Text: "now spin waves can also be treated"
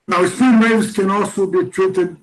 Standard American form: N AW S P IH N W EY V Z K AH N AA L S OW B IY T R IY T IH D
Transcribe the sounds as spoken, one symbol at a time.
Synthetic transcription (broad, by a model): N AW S IH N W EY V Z K AH N AA L S OW B IY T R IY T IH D